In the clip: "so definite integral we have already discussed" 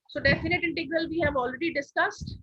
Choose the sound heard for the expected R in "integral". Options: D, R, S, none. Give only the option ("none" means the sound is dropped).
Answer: R